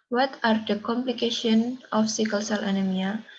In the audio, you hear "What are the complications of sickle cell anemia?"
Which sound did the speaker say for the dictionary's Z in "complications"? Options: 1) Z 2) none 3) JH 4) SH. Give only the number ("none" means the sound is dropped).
2